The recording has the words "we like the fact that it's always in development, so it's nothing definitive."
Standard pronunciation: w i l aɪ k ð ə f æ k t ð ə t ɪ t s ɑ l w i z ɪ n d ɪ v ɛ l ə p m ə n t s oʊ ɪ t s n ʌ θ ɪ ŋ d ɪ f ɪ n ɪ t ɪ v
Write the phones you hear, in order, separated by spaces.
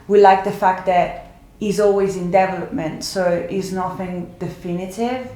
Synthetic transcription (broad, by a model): w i l aɪ k ð ə f æ k t ð ə t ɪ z ɑ l w i z ɪ n d ɪ v ɛ l ə p m ə n t s oʊ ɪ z n ʌ θ ɪ ŋ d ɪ f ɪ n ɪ t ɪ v